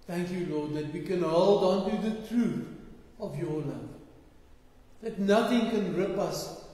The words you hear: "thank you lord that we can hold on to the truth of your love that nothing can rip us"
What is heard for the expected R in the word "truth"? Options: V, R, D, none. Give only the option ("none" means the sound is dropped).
R